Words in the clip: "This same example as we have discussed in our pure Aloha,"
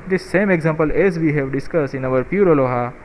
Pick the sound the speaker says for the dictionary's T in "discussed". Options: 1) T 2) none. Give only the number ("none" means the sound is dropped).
2